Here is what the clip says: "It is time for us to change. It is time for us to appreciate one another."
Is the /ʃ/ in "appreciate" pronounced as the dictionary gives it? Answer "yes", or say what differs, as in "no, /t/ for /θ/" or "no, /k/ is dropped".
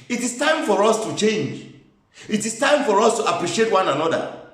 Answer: yes